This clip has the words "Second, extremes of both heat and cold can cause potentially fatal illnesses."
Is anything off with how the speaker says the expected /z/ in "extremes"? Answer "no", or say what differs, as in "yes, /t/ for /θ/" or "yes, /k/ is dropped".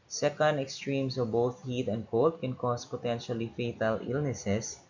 yes, /s/ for /z/